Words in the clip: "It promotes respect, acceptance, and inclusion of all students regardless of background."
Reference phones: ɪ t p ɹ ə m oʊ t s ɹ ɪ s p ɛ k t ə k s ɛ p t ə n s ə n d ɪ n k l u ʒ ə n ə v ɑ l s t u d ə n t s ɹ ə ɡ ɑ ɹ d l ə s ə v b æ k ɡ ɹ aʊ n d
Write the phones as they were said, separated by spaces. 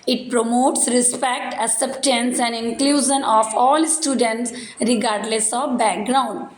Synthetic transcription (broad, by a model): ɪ t p ɹ ə m oʊ t s ɹ ɪ s p ɛ k t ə s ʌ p t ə n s ə n d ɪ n k l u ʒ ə n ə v ɑ l s t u d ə n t s ɹ ə ɡ ɑ ɹ d l ə s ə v b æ k ɡ ɹ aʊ n d